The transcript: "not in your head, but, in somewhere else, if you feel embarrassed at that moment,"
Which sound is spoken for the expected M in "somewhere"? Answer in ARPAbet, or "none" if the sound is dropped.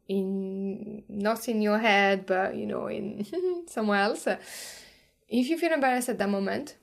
M